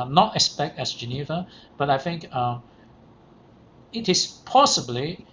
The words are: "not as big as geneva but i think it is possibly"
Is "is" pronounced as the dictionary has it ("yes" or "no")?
no